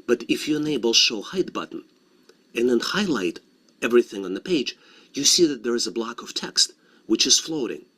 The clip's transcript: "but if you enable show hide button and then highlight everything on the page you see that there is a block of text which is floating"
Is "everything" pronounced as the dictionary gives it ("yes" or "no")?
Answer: yes